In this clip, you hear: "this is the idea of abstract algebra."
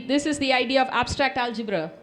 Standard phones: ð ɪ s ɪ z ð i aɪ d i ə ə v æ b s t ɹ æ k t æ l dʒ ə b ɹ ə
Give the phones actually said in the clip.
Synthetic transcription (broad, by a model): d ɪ s ɪ z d i aɪ d i ə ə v æ b s t ɹ æ k t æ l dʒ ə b ɹ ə